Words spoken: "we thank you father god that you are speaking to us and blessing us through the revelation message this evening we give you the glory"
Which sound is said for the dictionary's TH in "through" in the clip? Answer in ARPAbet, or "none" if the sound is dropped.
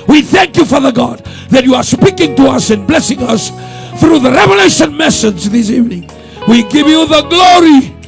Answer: TH